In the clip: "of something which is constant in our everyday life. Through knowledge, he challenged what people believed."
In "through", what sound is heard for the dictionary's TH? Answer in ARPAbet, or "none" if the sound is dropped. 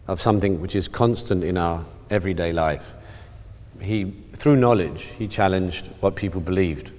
TH